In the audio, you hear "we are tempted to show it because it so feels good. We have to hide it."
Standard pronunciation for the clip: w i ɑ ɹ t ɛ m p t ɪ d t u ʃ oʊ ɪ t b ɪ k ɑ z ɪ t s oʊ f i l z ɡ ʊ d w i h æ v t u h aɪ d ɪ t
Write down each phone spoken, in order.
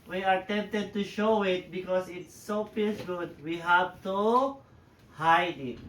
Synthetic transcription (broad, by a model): w i ɑ ɹ t ɛ m p t ɪ d t u ʃ oʊ ɪ t b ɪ k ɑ s ɪ t s oʊ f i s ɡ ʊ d w i h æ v t u h aɪ d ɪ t